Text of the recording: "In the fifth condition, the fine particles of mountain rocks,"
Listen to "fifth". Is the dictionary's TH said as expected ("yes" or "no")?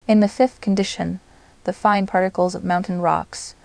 yes